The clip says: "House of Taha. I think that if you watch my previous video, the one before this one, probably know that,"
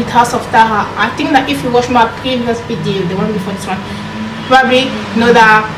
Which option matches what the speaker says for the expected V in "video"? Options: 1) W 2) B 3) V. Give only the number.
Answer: 2